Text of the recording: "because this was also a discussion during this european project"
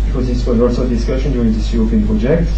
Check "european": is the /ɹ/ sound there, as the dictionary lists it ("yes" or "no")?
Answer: no